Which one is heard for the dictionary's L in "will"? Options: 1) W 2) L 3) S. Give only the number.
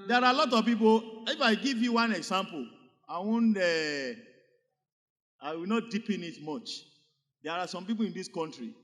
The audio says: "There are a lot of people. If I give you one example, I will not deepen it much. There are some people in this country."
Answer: 1